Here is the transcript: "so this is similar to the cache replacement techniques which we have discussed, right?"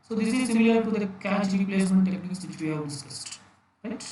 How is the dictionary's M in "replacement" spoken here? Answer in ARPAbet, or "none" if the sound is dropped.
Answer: none